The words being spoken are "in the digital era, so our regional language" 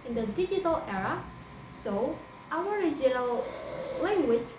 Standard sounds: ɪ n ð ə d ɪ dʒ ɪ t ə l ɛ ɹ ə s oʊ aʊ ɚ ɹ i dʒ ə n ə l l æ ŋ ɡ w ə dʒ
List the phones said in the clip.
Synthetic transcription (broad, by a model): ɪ n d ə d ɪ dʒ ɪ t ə l ɛ ɹ ə s oʊ aʊ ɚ ɹ i dʒ ə n ə l l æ ŋ ɡ w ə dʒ